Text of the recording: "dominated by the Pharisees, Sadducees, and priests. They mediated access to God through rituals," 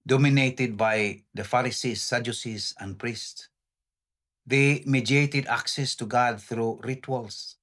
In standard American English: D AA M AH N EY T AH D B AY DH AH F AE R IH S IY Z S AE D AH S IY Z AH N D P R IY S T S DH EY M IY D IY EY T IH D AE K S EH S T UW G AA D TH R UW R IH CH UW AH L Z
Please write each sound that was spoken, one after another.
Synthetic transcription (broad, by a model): D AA M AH N EY T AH D B AY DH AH F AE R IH S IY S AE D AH S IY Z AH N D P R IY S T S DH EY M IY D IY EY T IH D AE K S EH S T UW G AA D TH R UW R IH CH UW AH L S